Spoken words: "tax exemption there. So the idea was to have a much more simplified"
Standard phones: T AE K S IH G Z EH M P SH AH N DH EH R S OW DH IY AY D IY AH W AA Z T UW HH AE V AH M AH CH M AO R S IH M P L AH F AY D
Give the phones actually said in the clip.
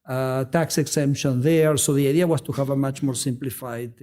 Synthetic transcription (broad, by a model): T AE K S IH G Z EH M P SH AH N DH EH R S OW DH IY AY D IY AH W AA S T UW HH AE V AH M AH CH M AO R S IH M P L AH F AY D